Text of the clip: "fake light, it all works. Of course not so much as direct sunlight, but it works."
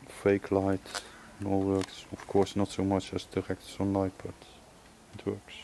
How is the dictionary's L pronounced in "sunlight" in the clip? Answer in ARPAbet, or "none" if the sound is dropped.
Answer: none